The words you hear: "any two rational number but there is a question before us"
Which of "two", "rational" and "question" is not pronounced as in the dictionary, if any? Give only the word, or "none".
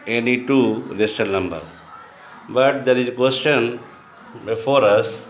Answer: rational